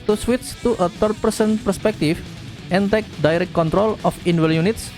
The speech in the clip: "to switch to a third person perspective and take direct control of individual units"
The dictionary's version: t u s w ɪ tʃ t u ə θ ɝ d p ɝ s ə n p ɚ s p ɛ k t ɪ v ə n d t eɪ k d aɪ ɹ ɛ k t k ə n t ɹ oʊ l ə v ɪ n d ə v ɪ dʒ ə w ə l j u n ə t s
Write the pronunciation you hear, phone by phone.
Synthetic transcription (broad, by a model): t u s w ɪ s t u ə t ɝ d p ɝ s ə n p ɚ s p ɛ k t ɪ f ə n t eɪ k d aɪ ɹ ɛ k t k ə n t ɹ oʊ l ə f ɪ n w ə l j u n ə t s